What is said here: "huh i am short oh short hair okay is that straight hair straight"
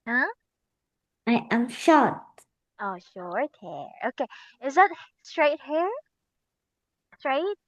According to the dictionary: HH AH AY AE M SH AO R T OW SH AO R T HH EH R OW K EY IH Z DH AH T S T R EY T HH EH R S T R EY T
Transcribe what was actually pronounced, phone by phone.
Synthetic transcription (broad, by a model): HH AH AY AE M SH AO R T OW SH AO R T HH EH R OW K EY IH Z DH AH T S T R EY T HH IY R S T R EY T